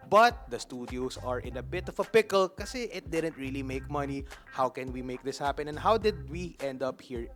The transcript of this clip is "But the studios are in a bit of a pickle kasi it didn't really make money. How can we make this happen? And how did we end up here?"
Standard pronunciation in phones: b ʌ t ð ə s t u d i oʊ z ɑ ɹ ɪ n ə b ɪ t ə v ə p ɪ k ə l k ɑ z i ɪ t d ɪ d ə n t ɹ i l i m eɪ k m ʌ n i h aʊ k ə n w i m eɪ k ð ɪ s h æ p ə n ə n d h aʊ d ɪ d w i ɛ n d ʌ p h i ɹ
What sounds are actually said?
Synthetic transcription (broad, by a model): b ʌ t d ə s t u d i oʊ s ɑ ɹ ɪ n ə b ɪ t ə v ə p ɪ k ə l k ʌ s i ɪ t d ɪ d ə n t ɹ i l i m eɪ k m ʌ n i h aʊ k ə n w i m eɪ k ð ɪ s h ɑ p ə n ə n h aʊ d ɪ d w i ɛ n d ʌ p h i ɹ